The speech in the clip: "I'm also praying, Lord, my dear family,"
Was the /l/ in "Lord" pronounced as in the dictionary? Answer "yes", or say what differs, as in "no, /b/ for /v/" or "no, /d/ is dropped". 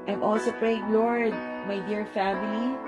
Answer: yes